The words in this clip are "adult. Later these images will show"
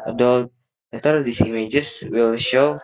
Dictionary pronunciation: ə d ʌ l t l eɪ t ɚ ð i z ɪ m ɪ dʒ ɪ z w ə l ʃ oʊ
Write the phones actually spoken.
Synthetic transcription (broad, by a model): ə d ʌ l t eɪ t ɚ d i s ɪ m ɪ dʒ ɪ s w ə l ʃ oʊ